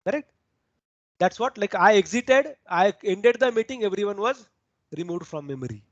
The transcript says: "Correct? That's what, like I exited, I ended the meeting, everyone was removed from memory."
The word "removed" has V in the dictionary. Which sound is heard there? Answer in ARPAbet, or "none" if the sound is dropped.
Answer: V